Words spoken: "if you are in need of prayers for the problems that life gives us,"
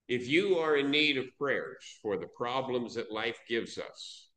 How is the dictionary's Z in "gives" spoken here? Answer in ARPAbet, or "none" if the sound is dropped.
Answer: Z